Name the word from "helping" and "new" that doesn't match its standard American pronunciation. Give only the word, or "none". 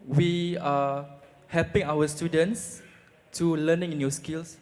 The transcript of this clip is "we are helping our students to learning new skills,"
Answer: none